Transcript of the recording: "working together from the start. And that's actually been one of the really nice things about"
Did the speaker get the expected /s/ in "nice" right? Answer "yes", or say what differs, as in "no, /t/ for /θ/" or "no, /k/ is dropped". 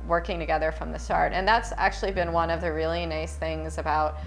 yes